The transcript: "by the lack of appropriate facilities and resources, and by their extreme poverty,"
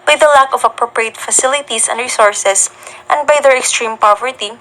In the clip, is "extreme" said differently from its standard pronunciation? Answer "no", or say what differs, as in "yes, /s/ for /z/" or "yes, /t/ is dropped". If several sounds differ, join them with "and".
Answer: no